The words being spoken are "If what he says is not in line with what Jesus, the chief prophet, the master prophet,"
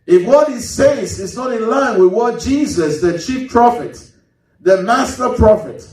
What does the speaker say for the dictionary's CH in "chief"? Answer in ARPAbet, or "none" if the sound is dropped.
CH